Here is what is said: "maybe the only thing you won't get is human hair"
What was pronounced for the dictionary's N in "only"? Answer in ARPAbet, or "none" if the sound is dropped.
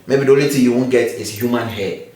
none